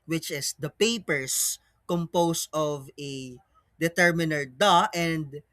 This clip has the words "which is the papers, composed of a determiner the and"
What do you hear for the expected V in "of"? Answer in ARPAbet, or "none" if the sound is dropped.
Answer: V